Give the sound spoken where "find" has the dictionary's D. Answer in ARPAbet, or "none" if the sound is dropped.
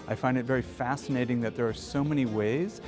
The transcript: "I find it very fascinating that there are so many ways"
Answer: D